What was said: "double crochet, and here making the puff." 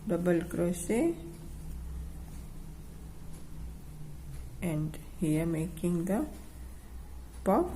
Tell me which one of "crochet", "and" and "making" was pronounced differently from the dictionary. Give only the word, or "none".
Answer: crochet